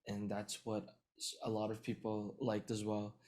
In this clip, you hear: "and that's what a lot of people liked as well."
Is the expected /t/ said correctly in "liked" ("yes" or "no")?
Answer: yes